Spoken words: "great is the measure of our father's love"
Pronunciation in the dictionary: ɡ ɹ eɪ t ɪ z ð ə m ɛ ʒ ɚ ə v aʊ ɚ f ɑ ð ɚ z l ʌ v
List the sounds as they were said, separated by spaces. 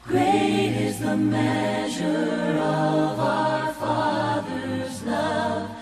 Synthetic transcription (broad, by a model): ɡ ɹ eɪ t ɪ z ð ə m ɛ ʒ ɚ ə v aʊ ɚ f ɑ ð ɚ z l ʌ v